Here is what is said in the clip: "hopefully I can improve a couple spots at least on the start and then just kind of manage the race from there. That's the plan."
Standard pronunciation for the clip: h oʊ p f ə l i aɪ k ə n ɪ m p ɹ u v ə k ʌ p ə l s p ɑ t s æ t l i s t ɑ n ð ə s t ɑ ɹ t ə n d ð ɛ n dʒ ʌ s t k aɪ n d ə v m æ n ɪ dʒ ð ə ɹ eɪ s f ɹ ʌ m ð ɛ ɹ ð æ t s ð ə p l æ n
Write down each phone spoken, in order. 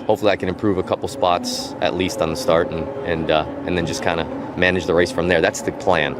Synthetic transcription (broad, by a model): h oʊ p f l i aɪ k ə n ɪ m p ɹ u v ə k ʌ p l s p ɑ t s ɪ t l i s t n ð ə s t ɑ ɹ t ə n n ð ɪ n dʒ ʌ s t k aɪ n d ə m æ n ɪ dʒ ð ə ɹ eɪ s f ɹ ʌ m ð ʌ ɹ ð æ t s ð ə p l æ n